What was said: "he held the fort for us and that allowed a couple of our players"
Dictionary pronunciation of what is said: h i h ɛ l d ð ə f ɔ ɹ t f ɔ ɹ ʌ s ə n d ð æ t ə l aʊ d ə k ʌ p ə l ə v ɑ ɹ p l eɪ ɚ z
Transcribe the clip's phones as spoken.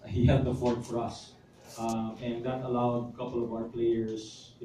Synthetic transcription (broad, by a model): h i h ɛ d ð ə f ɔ ɹ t f ɔ ɹ ʌ s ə n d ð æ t ə l aʊ d k ʌ p ə l ə v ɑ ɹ p l eɪ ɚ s